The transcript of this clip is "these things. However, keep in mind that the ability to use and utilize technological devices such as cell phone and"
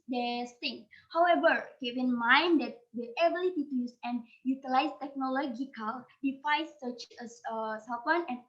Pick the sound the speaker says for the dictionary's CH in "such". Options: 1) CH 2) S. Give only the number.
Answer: 2